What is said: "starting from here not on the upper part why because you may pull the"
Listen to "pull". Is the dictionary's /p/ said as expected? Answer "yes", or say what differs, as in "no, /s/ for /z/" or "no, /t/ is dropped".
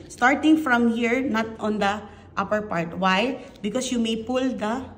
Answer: yes